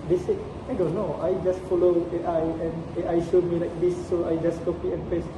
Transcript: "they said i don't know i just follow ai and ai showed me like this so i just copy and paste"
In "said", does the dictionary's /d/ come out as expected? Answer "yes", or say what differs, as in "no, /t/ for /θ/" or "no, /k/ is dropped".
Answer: no, /d/ is dropped